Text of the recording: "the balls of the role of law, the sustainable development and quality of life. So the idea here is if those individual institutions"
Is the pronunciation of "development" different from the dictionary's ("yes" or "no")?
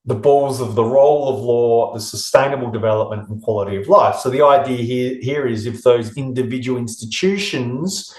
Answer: no